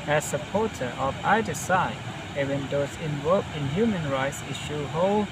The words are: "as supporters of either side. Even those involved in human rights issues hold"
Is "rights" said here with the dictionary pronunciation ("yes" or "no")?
yes